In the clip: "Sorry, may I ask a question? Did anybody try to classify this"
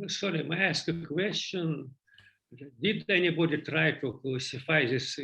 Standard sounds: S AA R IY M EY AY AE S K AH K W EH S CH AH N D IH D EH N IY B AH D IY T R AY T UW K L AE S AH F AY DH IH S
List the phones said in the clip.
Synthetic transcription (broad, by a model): S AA R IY M AY AE S K AH K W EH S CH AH N D IH D EH N IY B AH D IY T R AY T UW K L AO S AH F AY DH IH S